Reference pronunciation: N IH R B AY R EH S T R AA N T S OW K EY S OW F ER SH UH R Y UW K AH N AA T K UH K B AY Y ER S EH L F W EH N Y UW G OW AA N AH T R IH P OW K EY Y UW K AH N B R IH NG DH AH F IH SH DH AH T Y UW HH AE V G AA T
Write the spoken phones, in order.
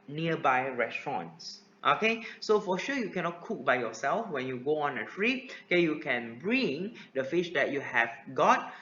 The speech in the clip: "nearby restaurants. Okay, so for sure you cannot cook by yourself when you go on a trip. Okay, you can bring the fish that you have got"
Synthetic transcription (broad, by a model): N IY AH B AY R EH S T R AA N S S OW K EY S OW F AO SH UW Y UW K AH N AA T K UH K B AY Y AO S EH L F W EH N Y UW G OW AA N AH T R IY OW K EY Y UW K AH N B R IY NG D AH F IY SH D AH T Y UW HH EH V G AA T